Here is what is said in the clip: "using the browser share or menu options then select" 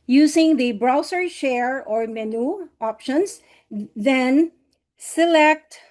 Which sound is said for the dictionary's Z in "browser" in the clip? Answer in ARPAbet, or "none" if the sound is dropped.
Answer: S